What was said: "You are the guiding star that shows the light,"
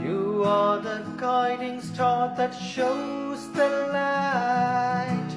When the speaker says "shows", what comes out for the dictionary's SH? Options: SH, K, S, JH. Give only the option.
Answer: SH